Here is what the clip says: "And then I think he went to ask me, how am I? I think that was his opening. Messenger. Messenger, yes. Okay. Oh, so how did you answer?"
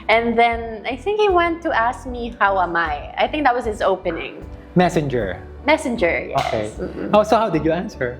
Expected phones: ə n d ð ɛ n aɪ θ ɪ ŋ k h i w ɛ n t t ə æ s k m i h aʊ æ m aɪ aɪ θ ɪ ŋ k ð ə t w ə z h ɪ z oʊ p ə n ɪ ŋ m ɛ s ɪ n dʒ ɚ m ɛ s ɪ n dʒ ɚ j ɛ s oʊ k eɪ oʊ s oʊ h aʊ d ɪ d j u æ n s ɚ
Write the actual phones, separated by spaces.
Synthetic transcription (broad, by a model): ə n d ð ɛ n aɪ θ ɪ ŋ k h i w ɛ n t t æ s k m i h aʊ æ m aɪ aɪ θ ɪ ŋ k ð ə t w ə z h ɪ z oʊ p ə n ɪ ŋ m ɛ s ɪ n dʒ ɚ m ɛ s ɪ n dʒ ɚ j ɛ oʊ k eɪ oʊ s oʊ h aʊ d ɪ d j u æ n s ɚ